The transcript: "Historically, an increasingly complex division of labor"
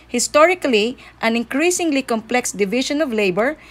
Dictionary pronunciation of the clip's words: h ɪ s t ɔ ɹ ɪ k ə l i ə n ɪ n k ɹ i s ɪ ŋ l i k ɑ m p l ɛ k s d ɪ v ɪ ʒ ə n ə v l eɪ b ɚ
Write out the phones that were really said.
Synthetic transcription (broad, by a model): h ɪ s t ɔ ɹ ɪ k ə l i ə n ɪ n k ɹ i s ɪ ŋ l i k ɑ m p l ɛ k s d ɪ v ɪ ʃ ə n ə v l eɪ b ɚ